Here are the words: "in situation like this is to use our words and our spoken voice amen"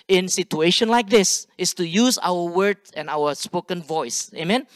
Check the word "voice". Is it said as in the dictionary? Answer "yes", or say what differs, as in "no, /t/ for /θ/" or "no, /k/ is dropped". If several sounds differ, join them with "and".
yes